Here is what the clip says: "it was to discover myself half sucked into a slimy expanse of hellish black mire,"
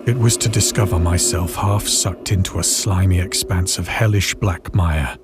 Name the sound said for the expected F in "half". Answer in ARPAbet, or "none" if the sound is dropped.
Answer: F